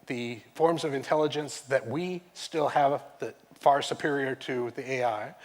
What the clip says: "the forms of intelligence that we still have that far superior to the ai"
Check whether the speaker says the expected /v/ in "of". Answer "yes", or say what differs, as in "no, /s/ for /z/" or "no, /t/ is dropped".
yes